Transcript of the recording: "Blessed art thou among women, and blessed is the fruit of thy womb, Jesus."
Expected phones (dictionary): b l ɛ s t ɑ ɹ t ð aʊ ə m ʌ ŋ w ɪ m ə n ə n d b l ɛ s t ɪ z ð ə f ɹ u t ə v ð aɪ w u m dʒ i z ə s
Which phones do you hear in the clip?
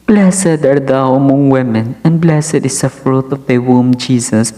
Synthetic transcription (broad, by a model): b l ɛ s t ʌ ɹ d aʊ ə m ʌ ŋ w ɪ m ə n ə n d b l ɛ s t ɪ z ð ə f ɹ u t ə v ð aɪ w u m dʒ i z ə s